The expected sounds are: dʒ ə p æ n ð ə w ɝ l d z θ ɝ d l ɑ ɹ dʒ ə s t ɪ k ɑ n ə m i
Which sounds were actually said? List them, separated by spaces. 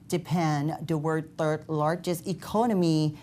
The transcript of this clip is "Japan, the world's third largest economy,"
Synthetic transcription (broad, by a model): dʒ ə p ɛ n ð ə w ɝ d θ ɝ d l ɑ ɹ dʒ ə s t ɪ k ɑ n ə m i